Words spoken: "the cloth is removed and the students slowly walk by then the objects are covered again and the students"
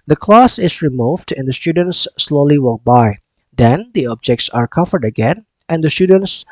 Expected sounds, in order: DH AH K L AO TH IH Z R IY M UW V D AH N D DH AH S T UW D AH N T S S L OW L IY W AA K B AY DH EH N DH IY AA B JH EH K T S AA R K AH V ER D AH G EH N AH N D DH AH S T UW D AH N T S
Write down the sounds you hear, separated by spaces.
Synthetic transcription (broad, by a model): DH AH K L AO S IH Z R IY M UW V D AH N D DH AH S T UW D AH N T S S L OW L IY W AA K B AY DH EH N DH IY AA B JH EH K T S AA R K AH V ER D AH G EH N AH N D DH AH S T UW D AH N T S